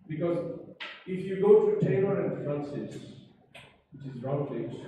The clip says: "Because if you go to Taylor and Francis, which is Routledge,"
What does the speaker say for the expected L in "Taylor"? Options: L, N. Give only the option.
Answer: N